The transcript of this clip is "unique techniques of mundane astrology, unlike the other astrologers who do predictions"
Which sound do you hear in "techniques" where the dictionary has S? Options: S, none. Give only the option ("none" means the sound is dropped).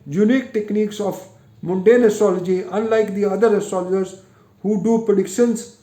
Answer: S